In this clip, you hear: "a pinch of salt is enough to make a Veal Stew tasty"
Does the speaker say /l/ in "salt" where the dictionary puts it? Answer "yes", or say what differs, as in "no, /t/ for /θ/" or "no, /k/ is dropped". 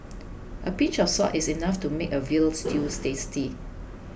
no, /l/ is dropped